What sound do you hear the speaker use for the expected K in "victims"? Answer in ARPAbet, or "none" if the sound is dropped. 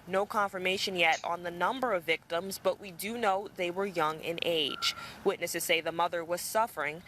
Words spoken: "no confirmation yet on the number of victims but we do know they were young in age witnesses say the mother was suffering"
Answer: K